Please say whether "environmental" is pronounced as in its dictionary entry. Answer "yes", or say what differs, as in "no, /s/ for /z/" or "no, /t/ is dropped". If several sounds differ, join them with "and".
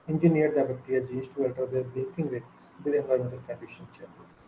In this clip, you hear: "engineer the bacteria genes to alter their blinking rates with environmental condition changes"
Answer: no, /ɹ/ is dropped and /n/ is dropped